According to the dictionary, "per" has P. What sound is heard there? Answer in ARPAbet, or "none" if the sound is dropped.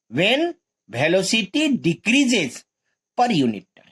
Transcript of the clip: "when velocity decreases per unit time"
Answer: P